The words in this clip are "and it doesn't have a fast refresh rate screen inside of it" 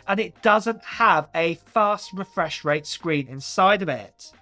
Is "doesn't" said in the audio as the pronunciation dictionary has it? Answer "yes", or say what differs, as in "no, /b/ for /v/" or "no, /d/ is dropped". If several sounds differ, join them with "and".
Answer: yes